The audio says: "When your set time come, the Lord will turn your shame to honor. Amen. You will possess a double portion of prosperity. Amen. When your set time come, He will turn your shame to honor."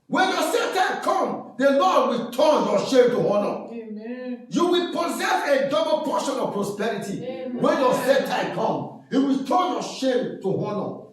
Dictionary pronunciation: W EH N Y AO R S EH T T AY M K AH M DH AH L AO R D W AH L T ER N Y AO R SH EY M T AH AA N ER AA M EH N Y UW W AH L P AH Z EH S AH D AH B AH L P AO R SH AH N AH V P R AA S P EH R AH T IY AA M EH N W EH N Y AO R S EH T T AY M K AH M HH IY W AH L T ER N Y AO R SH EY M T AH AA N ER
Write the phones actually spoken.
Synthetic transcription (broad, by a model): W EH N Y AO S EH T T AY K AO M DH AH L AO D W AH L T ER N Y AO SH EY M T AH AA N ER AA Y UW W AH L P AH Z EH S AH D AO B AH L P AO SH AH N AH V P R AA S P EH R AH T IY W EH N Y AO S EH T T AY K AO M HH IY W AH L T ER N Y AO SH EY M T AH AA N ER